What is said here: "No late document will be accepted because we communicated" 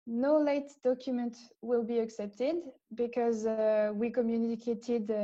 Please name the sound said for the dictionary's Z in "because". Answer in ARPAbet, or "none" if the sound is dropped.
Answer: Z